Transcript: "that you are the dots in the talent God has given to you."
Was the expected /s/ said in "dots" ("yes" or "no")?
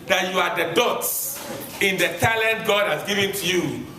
yes